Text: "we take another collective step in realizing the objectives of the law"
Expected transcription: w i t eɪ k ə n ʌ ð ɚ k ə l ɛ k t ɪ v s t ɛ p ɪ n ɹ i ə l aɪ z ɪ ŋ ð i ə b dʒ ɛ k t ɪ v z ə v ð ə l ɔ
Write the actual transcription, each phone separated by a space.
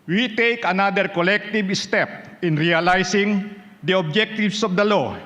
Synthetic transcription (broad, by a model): w i t eɪ k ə n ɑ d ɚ k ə l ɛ k t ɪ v s t ɛ p ɪ n ɹ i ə l aɪ s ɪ ŋ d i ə b dʒ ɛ k t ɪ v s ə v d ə l ɔ